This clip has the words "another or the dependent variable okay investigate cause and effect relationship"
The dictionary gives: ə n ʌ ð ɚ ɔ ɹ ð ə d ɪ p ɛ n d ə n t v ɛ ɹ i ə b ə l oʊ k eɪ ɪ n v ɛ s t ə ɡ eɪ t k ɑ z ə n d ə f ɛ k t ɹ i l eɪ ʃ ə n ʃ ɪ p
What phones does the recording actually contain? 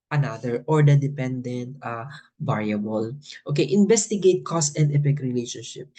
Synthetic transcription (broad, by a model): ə n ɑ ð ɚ ɔ ɹ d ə d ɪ p ɛ n d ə n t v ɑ ɹ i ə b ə l oʊ k eɪ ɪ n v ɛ s t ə ɡ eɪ t k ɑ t ə n d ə p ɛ k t ɹ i l eɪ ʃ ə n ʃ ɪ p